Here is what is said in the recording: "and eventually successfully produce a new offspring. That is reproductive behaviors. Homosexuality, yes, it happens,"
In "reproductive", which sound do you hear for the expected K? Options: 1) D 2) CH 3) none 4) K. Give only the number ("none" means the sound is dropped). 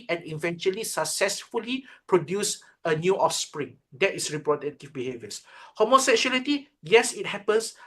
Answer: 3